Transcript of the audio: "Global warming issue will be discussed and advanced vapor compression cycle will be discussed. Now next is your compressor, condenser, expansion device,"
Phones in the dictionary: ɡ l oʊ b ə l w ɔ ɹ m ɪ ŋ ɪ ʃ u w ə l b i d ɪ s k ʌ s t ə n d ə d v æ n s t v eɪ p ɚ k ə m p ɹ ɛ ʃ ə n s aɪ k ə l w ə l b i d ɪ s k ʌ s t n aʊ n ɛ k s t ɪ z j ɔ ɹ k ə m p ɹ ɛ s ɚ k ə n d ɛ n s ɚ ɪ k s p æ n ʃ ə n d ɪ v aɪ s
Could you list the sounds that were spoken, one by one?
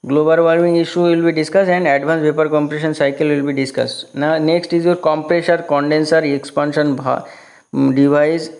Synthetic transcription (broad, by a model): ɡ l oʊ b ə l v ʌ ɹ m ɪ ŋ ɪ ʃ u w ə l b i d ɪ s k ʌ s t ə n d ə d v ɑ n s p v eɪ p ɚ k ə m p ɹ ɛ ʃ ə n s aɪ k ə l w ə l b i d ɪ s k ʌ s t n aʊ n ɛ k s t ɪ z j ɔ ɹ k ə m p ɹ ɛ ʃ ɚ k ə n d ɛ n s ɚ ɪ k s p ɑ n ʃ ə n d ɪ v aɪ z